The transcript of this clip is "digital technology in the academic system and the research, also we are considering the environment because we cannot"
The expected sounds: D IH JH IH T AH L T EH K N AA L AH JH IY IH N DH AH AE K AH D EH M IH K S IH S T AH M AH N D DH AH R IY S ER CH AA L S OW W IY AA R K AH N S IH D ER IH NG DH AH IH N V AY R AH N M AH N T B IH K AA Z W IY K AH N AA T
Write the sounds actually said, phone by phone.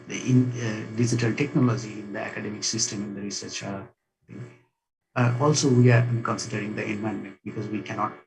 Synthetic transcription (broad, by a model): D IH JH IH T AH L T EH K N AA L AH JH IY IH N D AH AE K AH D EH M IH K S IH S T AH M AH N D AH R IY S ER CH AA L S OW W IY AA R K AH N S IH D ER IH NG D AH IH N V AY AH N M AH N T B IH K AA Z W IY K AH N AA T